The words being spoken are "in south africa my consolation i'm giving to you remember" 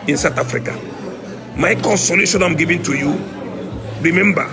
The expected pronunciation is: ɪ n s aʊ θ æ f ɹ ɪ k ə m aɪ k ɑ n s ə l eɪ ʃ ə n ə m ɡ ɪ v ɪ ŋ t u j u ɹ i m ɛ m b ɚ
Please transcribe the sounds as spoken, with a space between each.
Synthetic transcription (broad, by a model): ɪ n s aʊ t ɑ f ɹ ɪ k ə m aɪ k ɑ n s ə l eɪ ʃ ə n ə m ɡ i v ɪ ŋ t u j u ɹ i m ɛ m b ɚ